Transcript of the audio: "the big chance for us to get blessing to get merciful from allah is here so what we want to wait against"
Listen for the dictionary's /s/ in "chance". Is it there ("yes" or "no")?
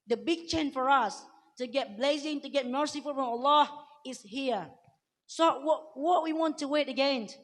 no